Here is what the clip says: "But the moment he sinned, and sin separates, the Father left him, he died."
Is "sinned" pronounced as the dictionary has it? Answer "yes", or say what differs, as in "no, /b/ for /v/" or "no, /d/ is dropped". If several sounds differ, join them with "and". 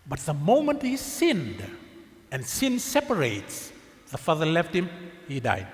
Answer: yes